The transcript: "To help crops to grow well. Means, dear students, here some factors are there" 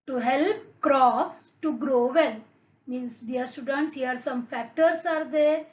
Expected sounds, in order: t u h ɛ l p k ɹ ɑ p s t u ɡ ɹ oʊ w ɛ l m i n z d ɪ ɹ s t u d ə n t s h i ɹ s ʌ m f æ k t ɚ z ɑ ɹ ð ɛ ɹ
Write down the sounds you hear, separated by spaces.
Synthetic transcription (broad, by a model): t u h ɛ l p k ɹ ɑ p s t u ɡ ɹ oʊ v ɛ l m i n s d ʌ ɹ s t u d ə n t s h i ɹ s ʌ m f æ k t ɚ s ɑ ɹ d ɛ ɹ